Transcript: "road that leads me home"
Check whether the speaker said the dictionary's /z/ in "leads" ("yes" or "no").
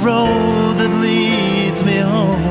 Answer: yes